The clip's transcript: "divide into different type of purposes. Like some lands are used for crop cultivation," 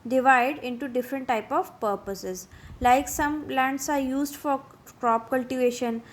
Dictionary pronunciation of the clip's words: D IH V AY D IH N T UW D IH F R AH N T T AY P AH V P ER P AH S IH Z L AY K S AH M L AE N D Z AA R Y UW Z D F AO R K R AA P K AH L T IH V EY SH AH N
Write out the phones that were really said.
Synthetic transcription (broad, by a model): D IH V AY D IH N T UW D IH F R AH N T T AY P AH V P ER P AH S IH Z L AY K S AH M L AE N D S AA R Y UW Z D F AO R K R AA P K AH L T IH V EY SH AH N